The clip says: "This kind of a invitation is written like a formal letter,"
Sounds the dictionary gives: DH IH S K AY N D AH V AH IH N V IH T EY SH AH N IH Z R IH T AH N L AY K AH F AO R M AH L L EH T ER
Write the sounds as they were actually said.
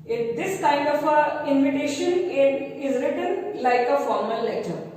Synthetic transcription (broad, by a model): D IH S K AY N D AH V AH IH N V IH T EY SH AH N IH Z R IH T AH N L AY K AH F AO R M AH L L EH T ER